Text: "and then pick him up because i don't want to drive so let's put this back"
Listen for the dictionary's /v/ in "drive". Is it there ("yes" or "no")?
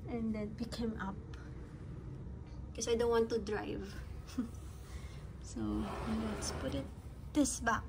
yes